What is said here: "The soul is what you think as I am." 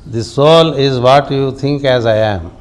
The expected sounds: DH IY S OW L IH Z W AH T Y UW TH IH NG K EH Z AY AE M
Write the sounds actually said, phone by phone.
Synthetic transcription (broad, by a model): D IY S OW L IH Z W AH T Y UW T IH NG K EH Z AY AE M